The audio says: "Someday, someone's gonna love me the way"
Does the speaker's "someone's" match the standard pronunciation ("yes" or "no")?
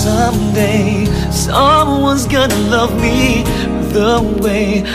yes